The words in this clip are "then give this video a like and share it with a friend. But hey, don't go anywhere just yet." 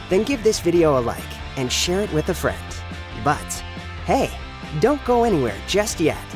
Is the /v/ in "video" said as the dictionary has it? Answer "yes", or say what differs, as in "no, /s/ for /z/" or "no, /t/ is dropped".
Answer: yes